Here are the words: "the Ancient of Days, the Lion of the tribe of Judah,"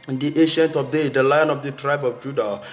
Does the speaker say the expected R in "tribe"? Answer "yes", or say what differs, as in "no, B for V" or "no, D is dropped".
yes